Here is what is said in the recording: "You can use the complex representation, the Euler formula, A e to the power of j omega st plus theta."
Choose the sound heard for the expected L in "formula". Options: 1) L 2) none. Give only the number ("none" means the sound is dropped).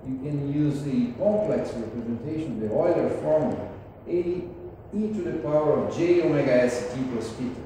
2